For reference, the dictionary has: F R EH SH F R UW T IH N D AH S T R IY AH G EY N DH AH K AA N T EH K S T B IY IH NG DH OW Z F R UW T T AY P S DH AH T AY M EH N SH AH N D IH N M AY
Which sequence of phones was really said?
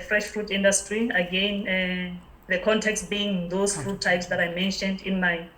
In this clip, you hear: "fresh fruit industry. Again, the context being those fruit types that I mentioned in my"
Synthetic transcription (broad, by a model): F R EH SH F R UW T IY N D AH S T R IY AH G EY N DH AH K AA N T EH K S T B IY IH NG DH OW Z F R UW T T AY P S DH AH T AY M EH N SH AH N D IH N M AY